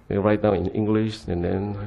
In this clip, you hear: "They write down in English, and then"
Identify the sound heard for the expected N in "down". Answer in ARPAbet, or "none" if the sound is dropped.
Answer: none